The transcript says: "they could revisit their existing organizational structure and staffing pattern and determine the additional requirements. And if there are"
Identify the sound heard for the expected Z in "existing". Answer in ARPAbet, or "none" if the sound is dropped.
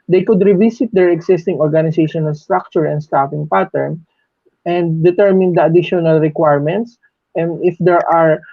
S